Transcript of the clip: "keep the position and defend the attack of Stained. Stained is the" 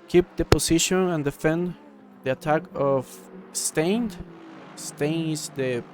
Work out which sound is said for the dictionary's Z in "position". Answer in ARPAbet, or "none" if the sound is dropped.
S